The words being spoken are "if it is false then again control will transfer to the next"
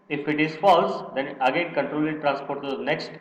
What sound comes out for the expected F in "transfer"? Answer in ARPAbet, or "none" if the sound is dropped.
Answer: P